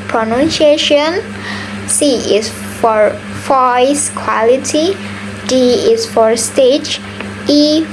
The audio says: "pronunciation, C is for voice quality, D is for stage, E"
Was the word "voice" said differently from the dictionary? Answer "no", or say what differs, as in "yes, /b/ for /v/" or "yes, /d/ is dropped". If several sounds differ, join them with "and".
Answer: yes, /f/ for /v/